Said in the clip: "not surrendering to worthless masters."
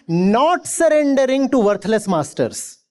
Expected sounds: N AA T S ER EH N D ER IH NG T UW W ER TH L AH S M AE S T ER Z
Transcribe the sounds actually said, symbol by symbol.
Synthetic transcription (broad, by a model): N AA T S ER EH N D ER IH NG T UW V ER T L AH S M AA S T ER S